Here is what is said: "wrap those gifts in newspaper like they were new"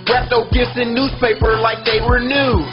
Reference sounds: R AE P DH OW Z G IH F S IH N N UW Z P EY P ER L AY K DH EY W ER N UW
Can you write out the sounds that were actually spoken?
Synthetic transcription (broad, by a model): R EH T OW G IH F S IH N N UW Z P EY P ER L AY K DH EY W ER N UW